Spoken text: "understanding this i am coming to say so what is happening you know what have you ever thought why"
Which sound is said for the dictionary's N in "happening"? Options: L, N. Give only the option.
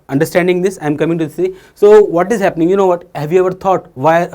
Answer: N